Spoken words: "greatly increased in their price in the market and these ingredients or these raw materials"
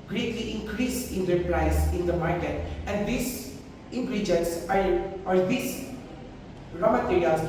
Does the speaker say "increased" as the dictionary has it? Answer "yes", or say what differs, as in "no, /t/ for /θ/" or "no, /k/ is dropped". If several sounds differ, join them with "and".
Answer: no, /t/ is dropped